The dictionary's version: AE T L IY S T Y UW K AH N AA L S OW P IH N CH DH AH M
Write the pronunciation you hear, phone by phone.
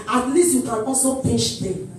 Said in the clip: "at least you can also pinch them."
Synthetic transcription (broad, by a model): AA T L IY S T Y UW K AH N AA S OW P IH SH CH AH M